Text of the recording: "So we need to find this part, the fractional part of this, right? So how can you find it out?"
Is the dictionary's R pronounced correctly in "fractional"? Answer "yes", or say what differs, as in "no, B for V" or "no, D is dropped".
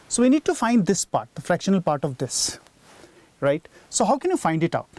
yes